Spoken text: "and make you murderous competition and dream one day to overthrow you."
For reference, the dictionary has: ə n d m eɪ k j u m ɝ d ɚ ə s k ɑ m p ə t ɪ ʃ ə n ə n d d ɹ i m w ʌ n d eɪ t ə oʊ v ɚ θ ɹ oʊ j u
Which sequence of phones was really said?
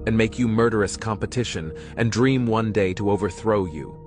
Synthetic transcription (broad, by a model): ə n m eɪ k j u m ɝ d ɚ ə s k ɑ m p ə t ɪ ʃ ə n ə n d d ɹ i m w ʌ n d eɪ t ə oʊ v ɚ θ ɹ oʊ j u